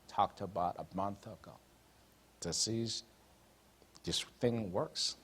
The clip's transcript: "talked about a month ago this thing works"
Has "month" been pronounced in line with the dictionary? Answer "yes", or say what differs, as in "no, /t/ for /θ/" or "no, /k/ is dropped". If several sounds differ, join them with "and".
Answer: yes